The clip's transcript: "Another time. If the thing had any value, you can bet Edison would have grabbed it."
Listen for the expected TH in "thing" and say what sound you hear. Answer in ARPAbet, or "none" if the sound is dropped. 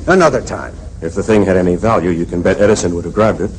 TH